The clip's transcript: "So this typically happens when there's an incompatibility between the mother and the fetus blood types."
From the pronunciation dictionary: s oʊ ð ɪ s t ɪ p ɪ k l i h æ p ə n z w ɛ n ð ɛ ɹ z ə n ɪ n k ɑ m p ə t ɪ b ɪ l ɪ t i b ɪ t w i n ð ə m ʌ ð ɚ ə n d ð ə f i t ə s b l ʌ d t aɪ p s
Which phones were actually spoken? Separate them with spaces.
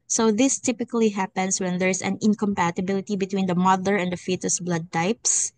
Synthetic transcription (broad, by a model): s oʊ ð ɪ s t ɪ p ɪ k l i h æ p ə n s w ɛ n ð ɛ ɹ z ə n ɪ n k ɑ m p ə t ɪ b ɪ l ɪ t i b ɪ t w i n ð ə m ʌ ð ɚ ə n d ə f i t ə s b l ʌ d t aɪ p s